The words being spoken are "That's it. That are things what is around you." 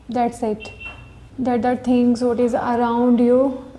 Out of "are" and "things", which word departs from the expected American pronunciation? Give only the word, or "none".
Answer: things